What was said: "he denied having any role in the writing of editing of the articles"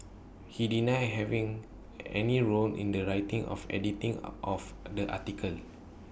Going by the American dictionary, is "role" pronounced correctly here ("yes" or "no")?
no